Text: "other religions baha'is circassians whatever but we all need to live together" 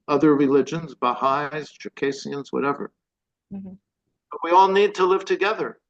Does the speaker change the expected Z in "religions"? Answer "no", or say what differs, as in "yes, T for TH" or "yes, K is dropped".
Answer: no